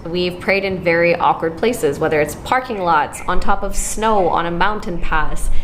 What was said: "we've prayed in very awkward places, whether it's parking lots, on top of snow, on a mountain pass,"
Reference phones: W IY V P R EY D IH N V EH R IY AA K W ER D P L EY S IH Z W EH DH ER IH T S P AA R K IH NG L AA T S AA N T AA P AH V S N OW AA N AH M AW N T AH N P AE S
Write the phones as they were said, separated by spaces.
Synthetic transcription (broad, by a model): W IY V P R EY D IH N V EH R IY AA K W ER D P L EY S IH Z W EH DH ER IH T S P AA R K IH NG L AA T S N T AA P AH V S N OW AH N AH M AW N T AH N P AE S